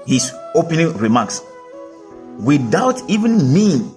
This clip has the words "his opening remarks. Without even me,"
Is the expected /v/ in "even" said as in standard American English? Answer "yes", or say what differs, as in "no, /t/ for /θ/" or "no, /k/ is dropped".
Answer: yes